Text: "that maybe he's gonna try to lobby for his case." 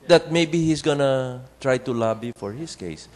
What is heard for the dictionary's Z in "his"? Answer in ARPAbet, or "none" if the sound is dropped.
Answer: S